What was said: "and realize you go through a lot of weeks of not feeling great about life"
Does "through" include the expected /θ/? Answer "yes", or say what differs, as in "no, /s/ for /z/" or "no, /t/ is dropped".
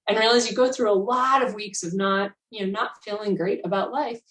yes